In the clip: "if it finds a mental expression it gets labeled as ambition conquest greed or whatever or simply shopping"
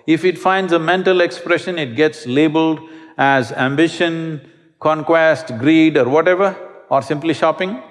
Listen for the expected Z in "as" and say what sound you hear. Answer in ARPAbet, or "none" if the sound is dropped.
Z